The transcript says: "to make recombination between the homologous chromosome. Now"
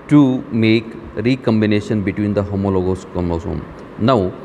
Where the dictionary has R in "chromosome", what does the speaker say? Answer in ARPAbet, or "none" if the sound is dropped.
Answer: none